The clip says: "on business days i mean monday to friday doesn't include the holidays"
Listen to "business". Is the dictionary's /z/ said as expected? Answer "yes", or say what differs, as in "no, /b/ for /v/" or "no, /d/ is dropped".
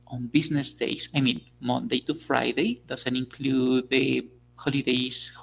no, /s/ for /z/